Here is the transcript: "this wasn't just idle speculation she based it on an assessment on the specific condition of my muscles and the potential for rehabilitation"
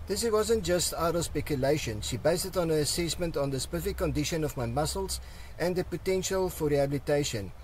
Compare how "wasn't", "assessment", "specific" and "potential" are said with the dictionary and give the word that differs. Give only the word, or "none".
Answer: specific